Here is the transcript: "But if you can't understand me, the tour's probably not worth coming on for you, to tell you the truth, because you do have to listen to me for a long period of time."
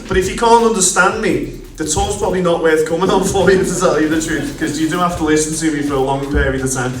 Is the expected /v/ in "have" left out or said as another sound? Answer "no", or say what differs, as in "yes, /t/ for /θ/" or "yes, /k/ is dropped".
yes, /f/ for /v/